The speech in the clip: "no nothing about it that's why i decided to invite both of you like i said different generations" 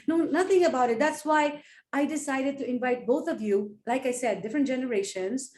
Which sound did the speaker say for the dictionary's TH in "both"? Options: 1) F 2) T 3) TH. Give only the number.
2